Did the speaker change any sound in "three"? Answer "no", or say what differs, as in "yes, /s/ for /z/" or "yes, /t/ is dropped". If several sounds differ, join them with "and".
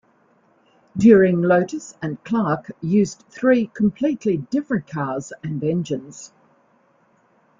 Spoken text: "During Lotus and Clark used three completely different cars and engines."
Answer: no